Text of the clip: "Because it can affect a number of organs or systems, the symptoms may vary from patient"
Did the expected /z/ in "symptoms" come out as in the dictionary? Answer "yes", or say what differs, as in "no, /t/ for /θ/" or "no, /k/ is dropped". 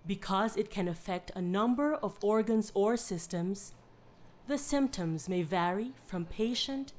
yes